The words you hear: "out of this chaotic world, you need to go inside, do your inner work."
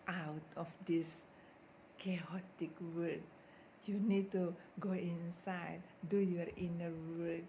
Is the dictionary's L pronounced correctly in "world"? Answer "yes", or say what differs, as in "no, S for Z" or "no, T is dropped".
no, L is dropped